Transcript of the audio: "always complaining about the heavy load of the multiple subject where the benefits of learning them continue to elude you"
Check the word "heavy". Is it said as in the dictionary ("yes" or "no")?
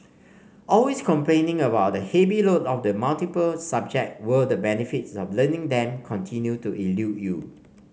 no